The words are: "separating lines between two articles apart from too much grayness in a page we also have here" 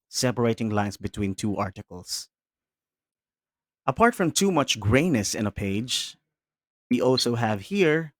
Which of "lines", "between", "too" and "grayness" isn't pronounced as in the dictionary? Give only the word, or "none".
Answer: lines